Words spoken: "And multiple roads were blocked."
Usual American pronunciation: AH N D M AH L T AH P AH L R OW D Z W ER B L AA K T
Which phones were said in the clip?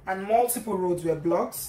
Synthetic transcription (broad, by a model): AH N M AH L T AH P AH L R OW D Z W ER B L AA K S